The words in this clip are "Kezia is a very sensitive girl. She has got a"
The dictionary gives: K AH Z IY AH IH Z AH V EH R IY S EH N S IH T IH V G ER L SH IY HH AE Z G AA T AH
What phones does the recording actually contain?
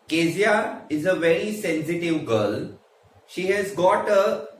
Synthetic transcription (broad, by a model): K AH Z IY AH IH Z AH V EH R IY S EH N S IH T IH V G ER L SH IY HH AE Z G AA T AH